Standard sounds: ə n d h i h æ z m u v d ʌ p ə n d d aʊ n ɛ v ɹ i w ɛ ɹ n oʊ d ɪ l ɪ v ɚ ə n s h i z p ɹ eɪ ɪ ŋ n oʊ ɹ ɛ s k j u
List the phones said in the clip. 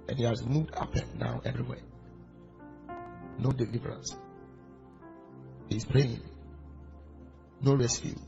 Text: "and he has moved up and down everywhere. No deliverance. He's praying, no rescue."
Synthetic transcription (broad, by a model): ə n h i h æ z m u v d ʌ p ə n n aʊ ɛ v ɹ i w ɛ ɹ n oʊ d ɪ l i v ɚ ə n s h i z p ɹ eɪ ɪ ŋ n oʊ ɹ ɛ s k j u